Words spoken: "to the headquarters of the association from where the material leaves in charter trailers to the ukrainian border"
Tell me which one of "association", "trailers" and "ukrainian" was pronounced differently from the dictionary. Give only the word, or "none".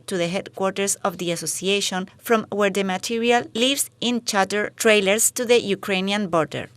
trailers